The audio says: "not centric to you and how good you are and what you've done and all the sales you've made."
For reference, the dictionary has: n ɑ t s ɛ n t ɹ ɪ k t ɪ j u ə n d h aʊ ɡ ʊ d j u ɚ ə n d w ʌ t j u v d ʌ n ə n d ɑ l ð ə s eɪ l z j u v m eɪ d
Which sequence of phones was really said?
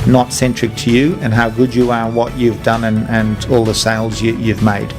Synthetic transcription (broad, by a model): n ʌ t s ɛ n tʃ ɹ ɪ k t ɪ j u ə n h aʊ ɡ ʊ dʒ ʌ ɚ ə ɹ w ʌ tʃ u v d ʌ n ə n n ɑ l ð ə s eɪ l z j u v m eɪ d